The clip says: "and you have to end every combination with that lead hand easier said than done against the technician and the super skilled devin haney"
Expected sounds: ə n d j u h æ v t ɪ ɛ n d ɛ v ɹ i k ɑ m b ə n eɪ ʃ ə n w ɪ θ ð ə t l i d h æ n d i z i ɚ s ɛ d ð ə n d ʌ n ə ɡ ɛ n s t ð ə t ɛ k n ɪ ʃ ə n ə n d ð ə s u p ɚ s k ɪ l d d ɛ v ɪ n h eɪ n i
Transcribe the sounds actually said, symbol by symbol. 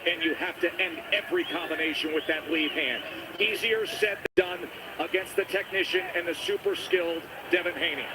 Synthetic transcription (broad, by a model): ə n j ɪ h æ f t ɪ ɛ n d ɛ v ɹ i k ɑ m b ə n eɪ ʃ ə n w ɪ ð ə t l i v h æ n d i z i ɚ s ɛ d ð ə d ʌ n ə ɡ ɛ n s t ð ə t ɛ k n ɪ ʃ ə n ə n ð ə s u p ɚ s k ɪ l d d ɛ v ɪ n h eɪ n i